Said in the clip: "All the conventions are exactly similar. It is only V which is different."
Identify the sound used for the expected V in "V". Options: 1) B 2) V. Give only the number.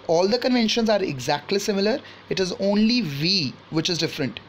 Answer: 2